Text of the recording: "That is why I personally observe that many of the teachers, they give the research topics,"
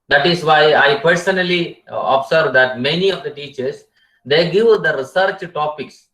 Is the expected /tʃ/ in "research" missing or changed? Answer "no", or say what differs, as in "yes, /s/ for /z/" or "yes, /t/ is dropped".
no